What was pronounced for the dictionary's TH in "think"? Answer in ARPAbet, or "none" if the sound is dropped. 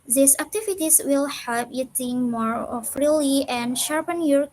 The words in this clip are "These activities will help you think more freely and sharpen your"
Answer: T